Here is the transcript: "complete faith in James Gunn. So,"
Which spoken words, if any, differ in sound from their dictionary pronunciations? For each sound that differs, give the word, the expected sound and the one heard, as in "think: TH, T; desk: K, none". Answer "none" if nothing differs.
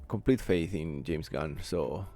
james: Z, S